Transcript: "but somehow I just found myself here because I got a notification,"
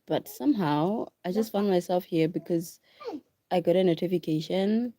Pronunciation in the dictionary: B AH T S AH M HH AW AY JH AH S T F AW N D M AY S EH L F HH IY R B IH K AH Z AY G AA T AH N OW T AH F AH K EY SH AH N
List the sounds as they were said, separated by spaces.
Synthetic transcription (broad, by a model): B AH T S AH M HH AW AY JH AH S T F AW N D M AY S EH L F HH IY R B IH K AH Z AY G AA T AH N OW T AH F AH K EY SH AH N